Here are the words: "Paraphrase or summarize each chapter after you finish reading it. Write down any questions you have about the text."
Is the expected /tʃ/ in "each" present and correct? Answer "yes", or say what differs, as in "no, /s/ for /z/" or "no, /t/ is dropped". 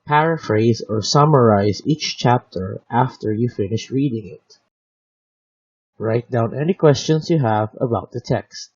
yes